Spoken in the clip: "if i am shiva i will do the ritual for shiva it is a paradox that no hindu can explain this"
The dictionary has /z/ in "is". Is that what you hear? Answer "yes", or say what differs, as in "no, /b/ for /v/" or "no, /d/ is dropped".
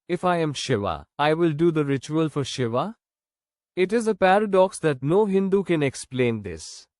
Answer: yes